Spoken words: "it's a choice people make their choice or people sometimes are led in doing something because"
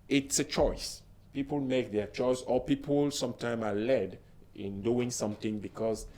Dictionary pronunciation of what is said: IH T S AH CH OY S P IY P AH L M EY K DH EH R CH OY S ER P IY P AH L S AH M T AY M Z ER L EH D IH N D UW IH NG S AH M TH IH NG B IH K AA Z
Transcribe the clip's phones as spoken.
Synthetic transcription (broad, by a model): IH T S AH CH OY S P IY P AH L M EY K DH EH CH OY S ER P IY P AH L S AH M T AY M AA L EH D IH N D UW IH NG S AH M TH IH NG B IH K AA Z